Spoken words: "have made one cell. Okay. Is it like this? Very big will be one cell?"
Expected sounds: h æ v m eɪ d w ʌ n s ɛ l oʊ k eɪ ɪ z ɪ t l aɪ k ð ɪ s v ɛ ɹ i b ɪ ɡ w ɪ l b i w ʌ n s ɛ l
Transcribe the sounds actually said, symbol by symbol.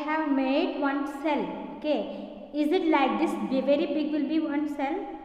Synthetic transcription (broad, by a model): h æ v m eɪ d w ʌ n s ɛ l k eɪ ɪ z ɪ t l aɪ k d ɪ s v ɛ ɹ i b ɪ ɡ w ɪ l b i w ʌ n s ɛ l